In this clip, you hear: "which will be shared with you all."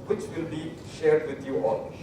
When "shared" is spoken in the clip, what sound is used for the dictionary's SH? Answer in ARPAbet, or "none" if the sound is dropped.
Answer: SH